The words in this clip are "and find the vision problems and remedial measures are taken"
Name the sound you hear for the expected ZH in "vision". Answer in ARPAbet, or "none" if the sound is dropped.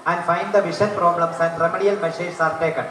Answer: SH